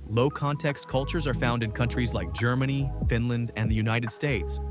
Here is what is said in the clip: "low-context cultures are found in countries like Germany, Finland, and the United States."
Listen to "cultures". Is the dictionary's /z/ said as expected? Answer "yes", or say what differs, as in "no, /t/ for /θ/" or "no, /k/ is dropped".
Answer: yes